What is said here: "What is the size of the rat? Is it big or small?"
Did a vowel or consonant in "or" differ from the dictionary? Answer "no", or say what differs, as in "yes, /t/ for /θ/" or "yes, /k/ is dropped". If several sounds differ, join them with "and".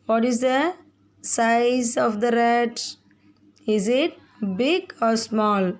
no